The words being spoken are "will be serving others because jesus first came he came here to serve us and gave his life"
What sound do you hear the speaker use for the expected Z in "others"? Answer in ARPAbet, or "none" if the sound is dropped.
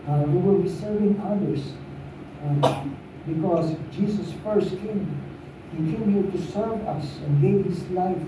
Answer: S